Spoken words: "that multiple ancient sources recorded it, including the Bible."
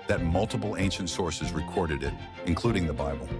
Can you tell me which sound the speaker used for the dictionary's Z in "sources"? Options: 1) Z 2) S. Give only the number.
1